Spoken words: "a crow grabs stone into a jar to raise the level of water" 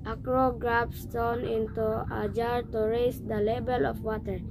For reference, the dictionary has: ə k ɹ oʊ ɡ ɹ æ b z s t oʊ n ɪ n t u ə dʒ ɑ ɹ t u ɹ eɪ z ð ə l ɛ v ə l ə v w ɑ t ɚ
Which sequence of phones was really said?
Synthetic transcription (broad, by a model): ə k ɹ oʊ ɡ ɹ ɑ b s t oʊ n ɪ n t u ə dʒ ɑ ɹ t u ɹ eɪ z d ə l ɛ b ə l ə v w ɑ t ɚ